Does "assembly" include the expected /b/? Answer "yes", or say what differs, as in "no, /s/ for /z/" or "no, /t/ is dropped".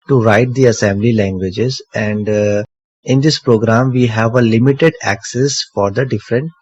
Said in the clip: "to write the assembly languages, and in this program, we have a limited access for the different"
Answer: yes